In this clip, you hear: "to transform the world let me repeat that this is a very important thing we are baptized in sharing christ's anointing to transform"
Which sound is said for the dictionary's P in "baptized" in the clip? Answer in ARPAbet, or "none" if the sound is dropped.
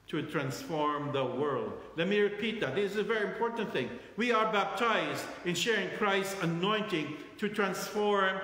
P